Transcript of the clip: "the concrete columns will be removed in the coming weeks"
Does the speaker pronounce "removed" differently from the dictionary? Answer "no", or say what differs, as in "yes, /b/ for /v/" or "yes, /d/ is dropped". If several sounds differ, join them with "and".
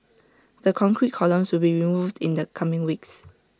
no